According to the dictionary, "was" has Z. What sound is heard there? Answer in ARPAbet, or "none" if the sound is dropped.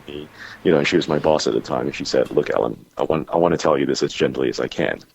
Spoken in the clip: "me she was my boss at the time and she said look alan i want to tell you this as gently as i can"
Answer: Z